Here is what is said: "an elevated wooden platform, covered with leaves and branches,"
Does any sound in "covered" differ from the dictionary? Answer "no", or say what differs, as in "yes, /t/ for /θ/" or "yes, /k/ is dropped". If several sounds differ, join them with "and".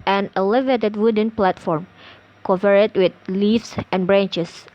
yes, /p/ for /v/